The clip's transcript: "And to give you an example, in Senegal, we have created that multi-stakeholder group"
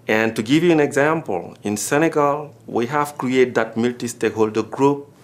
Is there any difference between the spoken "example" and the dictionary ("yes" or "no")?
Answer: no